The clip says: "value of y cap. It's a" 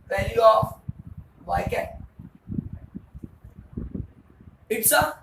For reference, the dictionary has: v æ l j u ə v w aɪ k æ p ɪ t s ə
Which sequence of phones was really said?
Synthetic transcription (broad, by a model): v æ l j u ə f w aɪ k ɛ ɪ t s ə